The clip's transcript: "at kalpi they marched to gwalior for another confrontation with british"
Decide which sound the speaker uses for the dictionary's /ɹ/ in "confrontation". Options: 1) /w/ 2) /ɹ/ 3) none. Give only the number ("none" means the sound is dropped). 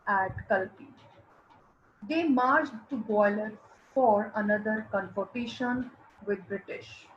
3